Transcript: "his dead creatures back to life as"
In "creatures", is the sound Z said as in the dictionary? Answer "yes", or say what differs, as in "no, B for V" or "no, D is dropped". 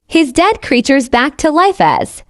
yes